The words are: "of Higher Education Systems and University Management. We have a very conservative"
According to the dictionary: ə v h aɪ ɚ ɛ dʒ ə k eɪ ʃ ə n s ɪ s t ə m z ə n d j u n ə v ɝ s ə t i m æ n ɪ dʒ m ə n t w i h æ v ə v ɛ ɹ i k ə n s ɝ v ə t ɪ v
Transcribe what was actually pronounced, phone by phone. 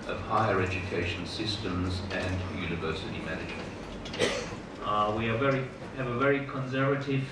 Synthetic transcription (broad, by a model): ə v h aɪ ɚ ɛ dʒ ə k eɪ ʃ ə n s ɪ s t ə m z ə n j u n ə v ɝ s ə t i m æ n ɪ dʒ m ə n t w i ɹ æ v ə v ɛ ɹ i k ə n s ɝ v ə t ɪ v